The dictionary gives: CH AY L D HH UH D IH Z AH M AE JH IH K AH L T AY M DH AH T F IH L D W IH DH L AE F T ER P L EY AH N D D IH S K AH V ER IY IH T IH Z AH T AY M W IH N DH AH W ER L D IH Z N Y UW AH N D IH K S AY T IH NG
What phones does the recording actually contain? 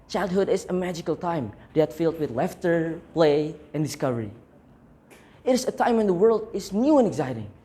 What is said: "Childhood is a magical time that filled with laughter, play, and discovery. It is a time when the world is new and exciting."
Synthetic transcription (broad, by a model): CH AY L D HH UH D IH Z AH M AE JH IH K AH L T AY M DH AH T F IH L D W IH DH L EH F T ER P L EY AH N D D IH S K AH V ER IY IH T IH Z AH T AY M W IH N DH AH W ER L D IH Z N Y UW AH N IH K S AY T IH NG